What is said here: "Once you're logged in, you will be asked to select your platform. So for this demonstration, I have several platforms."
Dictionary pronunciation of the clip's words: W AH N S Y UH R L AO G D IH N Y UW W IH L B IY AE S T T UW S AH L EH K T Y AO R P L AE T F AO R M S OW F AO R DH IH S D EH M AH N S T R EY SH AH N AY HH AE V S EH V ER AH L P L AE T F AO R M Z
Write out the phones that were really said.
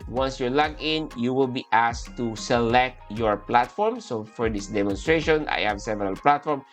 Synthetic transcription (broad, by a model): W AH N S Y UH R L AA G IH N Y UW W IH L B IY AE S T T UW S AH L EH K T Y AO R P L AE T F AO R M S OW F AO R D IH S D EH M AH N S T R EY SH AH N AY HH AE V S EH V ER AH L P L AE T F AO R M